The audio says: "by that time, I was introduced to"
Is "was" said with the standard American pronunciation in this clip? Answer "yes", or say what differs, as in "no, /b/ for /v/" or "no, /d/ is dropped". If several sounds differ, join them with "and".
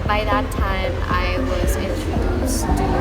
yes